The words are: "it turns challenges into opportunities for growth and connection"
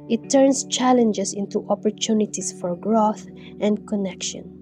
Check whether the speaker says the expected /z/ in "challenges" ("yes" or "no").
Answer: no